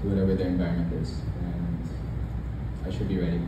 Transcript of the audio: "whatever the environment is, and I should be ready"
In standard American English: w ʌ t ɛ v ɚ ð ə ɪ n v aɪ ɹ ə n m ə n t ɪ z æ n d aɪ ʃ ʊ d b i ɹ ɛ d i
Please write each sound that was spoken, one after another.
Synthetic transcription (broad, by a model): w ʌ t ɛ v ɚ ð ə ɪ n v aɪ ə m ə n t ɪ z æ n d aɪ ʃ ʊ d b i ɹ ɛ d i